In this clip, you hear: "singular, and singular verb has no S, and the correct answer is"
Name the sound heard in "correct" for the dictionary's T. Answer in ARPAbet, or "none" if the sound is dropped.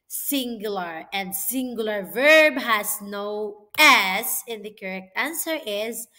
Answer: T